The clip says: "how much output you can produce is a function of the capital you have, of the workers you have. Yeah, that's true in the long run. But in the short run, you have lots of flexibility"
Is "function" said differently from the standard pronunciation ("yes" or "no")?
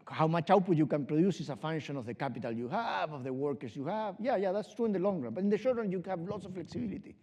yes